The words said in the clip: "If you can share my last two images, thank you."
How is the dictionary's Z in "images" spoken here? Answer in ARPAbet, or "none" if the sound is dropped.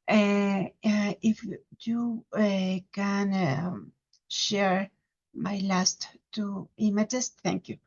S